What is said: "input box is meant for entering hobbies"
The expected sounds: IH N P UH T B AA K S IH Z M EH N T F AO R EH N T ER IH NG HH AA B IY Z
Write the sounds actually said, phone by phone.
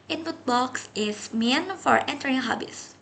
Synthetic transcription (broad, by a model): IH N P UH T B AA K S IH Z M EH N F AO R EH N T ER IH NG HH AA B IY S